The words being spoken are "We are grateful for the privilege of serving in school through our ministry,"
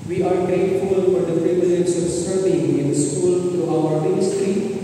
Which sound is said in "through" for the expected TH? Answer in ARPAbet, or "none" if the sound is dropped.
T